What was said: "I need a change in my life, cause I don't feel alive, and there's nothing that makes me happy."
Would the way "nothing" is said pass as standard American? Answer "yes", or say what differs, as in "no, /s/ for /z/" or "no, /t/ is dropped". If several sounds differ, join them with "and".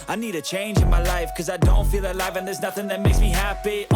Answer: yes